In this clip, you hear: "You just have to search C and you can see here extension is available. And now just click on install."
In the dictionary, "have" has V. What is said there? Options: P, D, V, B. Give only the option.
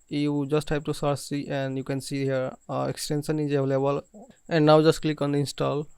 B